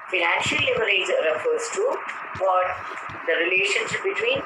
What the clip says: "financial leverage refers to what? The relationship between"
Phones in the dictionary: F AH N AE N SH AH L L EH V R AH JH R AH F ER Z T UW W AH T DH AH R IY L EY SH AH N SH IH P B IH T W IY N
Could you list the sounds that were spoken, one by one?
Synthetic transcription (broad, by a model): F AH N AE N SH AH L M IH R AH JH R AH F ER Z T UW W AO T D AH R IY L EY SH AH N SH IH P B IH T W IY N